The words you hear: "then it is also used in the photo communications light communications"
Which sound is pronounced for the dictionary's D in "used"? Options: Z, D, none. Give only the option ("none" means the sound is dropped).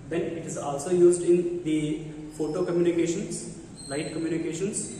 D